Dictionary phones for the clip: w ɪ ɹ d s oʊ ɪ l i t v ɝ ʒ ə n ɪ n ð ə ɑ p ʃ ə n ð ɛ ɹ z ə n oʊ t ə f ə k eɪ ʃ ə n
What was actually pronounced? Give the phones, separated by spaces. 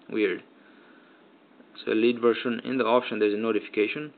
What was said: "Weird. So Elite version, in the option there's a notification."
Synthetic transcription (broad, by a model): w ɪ ɹ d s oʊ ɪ l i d v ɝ ʃ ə n ɪ n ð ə ɑ p ʃ ə n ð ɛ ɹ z ə n oʊ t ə f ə k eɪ ʃ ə n